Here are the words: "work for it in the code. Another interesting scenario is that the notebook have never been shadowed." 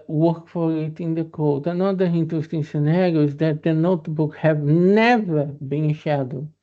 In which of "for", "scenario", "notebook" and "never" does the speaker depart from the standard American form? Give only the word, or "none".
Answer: none